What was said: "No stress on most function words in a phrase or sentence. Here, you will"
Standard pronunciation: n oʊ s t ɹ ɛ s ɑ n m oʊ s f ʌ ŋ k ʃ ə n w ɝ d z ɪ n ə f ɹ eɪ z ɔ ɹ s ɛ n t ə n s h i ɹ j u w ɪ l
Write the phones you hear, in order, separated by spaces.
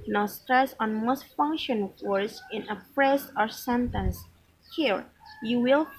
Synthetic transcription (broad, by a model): n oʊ s t ɹ ɛ s ɑ n m oʊ s f ʌ ŋ k ʃ ə n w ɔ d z ɪ n ə p ɹ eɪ s ɔ ɹ s ɛ n t ə n s h i ɹ j u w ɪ l